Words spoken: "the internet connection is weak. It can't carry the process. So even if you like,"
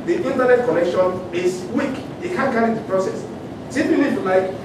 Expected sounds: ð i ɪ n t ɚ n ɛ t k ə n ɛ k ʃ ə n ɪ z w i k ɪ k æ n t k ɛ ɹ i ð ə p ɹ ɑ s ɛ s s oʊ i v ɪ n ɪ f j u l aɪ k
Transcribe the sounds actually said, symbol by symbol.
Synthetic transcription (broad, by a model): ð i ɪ n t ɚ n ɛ t k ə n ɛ k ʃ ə n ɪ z w i k ɪ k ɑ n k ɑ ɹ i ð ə p ɹ ɑ s ɛ s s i p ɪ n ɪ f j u l aɪ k